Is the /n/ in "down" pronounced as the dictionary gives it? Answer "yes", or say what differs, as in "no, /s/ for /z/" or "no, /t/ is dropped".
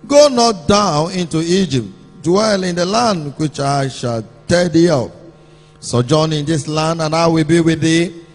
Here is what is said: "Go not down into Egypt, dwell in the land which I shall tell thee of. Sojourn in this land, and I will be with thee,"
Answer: yes